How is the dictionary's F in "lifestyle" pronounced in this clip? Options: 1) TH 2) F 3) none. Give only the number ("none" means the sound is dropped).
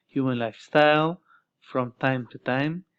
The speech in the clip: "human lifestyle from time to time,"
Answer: 2